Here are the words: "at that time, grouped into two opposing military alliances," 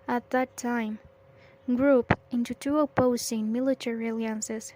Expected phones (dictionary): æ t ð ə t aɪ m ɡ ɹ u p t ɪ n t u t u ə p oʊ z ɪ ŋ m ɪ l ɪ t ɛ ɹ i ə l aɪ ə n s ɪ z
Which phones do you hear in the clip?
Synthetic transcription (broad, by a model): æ t ð ə t aɪ m ɡ ɹ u p ɪ n t u t u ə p oʊ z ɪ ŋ m ɪ l ɪ t ɛ ɹ i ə l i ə n s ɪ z